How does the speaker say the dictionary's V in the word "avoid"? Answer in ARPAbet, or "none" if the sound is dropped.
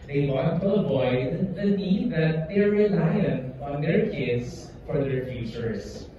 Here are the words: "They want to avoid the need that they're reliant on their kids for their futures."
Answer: B